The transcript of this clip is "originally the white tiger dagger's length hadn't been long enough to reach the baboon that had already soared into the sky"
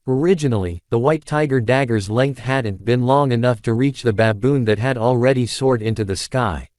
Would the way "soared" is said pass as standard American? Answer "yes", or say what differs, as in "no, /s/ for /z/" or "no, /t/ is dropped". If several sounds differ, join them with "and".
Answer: yes